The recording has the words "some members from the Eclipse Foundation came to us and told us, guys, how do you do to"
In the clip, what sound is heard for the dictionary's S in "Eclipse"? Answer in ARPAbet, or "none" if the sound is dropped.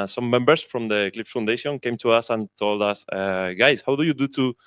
none